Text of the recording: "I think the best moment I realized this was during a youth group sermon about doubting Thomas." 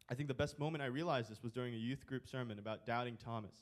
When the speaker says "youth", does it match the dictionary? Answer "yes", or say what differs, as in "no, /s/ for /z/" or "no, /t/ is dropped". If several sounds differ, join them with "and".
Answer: yes